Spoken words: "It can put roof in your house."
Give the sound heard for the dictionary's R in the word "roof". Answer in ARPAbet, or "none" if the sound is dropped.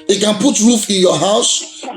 R